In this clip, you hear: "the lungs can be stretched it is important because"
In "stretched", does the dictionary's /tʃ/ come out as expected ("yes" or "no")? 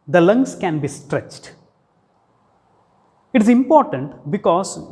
yes